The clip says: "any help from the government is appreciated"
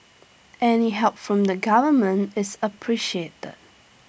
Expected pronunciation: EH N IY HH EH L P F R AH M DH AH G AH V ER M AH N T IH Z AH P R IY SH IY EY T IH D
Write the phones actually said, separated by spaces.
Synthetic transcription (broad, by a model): EH N IY HH EH L P F R AH M DH AH G AH V ER M AH N T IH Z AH P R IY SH IY EY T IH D